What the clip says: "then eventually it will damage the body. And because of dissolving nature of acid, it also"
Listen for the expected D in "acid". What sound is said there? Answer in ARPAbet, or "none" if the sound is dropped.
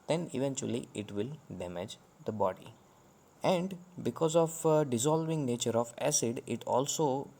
D